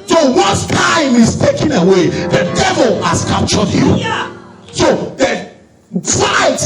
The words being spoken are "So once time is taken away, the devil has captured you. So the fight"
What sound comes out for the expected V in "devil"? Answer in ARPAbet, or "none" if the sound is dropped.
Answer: V